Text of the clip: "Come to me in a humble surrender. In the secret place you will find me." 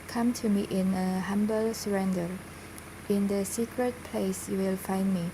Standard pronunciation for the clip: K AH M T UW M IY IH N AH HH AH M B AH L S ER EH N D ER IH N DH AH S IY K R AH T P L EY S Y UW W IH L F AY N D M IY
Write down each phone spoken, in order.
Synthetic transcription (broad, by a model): K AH M T UW M IY IH N AH HH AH M B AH L S ER EH N D ER IH N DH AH S IY K R AH T P L EY S Y UW W IH L F AY N D M IY